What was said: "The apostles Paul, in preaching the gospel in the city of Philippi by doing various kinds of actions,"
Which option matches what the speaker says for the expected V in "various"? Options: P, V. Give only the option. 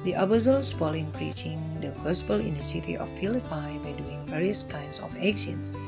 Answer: V